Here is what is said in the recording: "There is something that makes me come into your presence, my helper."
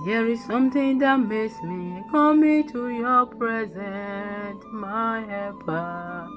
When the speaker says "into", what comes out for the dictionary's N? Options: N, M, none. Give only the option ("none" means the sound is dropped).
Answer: none